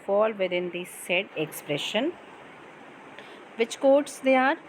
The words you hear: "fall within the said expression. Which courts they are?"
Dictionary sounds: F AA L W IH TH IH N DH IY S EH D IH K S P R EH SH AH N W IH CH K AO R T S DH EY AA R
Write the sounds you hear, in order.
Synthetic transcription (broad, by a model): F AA L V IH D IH N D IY S EH D IH K S P R EH SH AH N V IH CH K AO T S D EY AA R